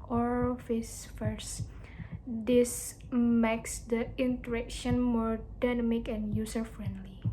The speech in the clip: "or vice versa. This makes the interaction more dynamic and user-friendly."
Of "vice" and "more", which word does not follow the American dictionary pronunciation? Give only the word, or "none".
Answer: vice